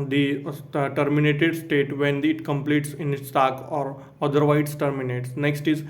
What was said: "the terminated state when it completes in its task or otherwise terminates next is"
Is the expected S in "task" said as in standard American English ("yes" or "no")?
no